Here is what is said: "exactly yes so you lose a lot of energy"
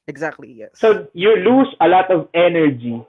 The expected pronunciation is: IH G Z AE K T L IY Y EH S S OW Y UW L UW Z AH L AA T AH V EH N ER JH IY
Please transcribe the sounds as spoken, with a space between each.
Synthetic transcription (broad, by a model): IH G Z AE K T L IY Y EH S S OW Y UW L UW S AH L AA T AH V EH N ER JH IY